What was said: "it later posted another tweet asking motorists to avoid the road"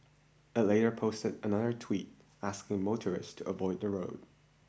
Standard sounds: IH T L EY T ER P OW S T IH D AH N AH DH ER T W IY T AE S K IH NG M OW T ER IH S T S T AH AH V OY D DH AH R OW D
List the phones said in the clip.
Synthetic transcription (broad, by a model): IH T L EY T ER P OW S T IH D AH N AH DH ER T W IY T AE S K IH NG M OW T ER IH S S T AH AH V OY D DH AH R OW D